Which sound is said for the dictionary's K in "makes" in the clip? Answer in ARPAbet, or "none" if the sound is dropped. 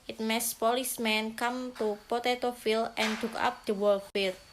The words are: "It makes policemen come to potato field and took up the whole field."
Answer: none